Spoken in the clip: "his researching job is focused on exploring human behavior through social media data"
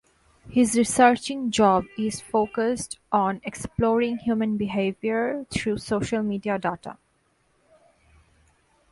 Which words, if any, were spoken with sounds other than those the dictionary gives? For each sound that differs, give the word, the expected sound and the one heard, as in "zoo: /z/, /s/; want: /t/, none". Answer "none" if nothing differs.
through: /θ/, /t/